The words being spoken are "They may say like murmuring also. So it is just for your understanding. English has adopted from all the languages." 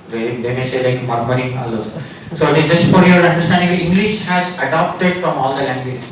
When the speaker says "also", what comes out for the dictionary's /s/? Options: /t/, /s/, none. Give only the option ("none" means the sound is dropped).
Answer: none